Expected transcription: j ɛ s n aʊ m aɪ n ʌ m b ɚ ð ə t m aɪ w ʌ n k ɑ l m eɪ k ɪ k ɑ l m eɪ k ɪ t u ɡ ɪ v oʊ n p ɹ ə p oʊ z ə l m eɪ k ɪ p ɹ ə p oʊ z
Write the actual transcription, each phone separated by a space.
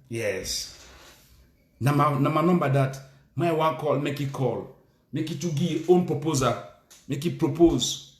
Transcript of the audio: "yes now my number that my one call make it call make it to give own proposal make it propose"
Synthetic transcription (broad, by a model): j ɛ s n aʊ m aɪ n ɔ m b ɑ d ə t m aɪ w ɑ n k ɑ l m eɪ k ɪ k ɑ l m eɪ k ɪ t u ɡ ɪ oʊ n p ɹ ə p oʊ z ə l m eɪ k ɪ p ɹ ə p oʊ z